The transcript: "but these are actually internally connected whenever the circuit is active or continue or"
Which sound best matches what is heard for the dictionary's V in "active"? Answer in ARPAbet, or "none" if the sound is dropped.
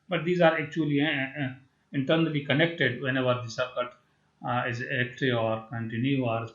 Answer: none